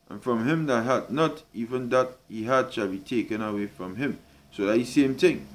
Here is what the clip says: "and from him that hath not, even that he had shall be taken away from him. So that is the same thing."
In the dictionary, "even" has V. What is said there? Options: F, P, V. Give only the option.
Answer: V